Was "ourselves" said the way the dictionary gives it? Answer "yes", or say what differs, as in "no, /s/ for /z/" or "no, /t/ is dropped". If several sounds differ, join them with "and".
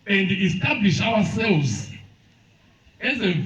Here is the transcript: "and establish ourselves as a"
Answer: no, /w/ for /ɹ/